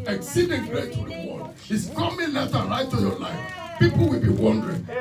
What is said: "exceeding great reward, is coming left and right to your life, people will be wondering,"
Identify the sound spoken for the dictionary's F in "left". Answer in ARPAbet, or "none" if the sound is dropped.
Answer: none